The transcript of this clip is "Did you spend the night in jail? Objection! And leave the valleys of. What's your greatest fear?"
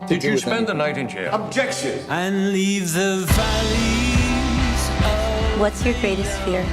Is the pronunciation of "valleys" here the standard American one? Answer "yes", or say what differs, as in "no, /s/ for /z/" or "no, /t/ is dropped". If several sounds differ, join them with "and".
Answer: yes